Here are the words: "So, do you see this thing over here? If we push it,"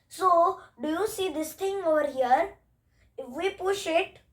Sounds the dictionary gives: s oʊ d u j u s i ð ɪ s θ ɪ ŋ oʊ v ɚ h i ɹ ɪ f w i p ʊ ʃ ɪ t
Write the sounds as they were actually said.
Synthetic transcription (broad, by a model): s oʊ d u j u s i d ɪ s t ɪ ŋ oʊ v ɚ h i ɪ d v i p ʊ ʃ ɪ t